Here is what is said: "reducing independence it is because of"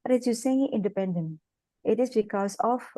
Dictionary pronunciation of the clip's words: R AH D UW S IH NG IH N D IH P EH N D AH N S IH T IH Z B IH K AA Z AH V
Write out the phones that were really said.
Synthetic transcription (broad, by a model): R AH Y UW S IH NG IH N D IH P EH N D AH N IH T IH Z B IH K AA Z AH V